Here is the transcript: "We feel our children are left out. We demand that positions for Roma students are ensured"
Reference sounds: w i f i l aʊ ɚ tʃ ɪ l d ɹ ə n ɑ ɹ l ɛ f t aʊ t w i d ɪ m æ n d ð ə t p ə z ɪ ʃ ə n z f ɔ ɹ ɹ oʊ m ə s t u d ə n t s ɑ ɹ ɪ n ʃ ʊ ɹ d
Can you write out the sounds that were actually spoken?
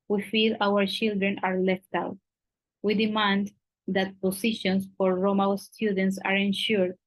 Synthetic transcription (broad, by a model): w i f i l aʊ ɚ tʃ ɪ l d ɹ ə n ɑ ɹ l ɛ f t aʊ t w i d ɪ m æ n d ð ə t p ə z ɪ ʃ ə n s f ɔ ɹ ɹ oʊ m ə s t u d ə n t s ɑ ɹ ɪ n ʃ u ɹ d